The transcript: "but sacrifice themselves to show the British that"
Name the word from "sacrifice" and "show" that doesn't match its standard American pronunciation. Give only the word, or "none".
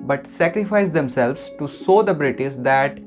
show